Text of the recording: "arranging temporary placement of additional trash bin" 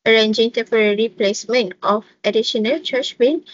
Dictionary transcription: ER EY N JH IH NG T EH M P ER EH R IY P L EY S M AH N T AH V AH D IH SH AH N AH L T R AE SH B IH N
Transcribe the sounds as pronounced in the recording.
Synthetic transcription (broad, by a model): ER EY N JH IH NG T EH M P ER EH R IY P L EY S M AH N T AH F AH D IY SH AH N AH L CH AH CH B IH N